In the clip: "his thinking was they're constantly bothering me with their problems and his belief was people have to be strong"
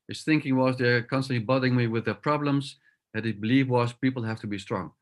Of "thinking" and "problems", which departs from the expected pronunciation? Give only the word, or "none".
none